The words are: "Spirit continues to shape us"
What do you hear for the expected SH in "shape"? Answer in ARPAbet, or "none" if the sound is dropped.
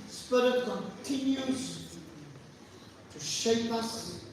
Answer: SH